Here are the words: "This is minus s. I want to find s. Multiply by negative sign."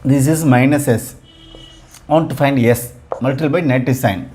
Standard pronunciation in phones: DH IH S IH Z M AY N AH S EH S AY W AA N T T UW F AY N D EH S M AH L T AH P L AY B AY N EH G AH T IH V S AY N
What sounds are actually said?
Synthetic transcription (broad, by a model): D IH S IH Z M AY N AH S EH S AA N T T UW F AY N D EH S M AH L T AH L B AY N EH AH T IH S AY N